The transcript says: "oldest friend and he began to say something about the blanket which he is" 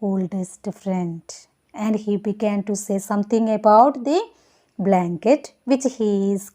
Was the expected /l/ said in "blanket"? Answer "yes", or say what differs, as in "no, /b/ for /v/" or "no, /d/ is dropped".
yes